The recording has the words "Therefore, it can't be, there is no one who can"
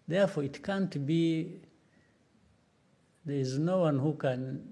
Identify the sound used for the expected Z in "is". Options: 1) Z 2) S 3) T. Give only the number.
1